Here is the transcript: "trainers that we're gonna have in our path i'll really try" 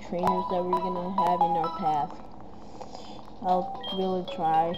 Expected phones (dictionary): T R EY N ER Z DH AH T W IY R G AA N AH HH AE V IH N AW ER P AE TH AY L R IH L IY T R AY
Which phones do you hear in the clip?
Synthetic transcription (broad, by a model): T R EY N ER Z DH AH T W IY R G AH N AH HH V IH N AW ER P AE TH AY L R IH L IY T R AY